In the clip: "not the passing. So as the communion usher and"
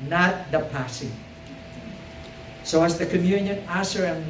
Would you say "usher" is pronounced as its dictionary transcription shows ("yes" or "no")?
no